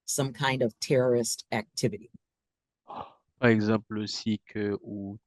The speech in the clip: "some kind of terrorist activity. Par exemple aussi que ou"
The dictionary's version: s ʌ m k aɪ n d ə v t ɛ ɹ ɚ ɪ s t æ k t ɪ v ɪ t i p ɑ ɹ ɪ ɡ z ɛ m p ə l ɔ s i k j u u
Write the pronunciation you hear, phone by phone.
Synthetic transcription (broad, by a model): s ʌ m k aɪ n d ə v t ɛ ɹ ɚ ɪ s t æ k t ɪ v ɪ t i p ɑ ɹ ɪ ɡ z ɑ p l ɔ s i k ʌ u